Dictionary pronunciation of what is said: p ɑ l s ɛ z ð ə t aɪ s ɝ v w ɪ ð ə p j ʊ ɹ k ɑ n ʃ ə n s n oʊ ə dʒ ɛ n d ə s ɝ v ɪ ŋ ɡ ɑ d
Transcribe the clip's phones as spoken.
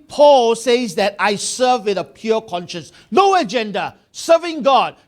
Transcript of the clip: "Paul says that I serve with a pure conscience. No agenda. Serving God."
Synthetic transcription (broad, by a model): p ɑ l s ɛ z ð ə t aɪ s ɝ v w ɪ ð ə p j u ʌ k ɑ n ʃ ə n s n oʊ ə dʒ ɛ n d ə s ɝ v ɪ ŋ ɡ ɑ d